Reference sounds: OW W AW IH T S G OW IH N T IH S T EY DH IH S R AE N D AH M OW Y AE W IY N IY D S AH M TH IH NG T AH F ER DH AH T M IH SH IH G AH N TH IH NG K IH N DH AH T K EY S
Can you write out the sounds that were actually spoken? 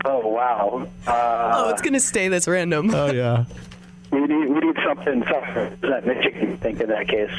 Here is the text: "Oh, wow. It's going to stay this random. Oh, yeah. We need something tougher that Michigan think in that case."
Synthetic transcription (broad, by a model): OW W AW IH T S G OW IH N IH S T EY DH IH S R AE N D AH M OW Y AE W IY N IY D S AH M TH IH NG S AH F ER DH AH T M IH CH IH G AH TH IH NG K IH N DH AH T K EY S